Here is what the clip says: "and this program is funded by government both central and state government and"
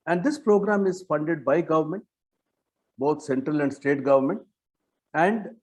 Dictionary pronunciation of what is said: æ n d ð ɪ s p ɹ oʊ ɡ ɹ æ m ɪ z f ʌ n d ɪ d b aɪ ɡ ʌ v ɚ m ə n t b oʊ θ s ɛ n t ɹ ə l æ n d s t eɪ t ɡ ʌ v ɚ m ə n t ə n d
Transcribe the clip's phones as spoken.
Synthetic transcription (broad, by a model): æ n d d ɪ s p ɹ oʊ ɡ ɹ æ m ɪ z f ʌ n d ɪ d b aɪ ɡ ʌ v ɚ m ə n t b oʊ t s ɛ n t ɹ ə l æ n d s t eɪ t ɡ ʌ v ɚ m ə n t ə n d